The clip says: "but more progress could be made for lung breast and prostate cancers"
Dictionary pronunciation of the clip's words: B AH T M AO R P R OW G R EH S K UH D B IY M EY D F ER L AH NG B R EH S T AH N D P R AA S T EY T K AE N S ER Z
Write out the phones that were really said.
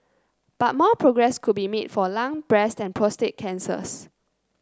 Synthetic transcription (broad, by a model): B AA T M AO P R OW G R EH S K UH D B IY M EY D F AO L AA NG B R EH S T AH N P R AA S T EY T K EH N S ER S